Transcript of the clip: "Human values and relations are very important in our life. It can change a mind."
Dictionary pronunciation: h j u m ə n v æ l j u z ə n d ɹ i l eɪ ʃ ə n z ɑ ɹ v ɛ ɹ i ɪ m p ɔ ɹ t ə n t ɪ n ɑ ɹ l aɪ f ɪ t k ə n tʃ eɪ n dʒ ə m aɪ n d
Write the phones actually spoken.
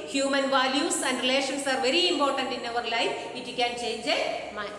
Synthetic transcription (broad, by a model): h j u m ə n v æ l j u s ə n d ɹ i l eɪ ʃ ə n s ɑ ɹ v ɛ ɹ i ɪ m p ɔ ɹ t ə n t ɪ n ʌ ɹ l aɪ f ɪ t k ə n tʃ eɪ n dʒ ə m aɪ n